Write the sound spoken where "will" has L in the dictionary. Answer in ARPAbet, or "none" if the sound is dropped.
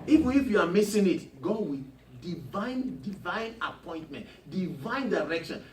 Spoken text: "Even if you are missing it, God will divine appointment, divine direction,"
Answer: N